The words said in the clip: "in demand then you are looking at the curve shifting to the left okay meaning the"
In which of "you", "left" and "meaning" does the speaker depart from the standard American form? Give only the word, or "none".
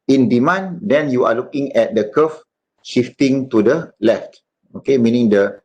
none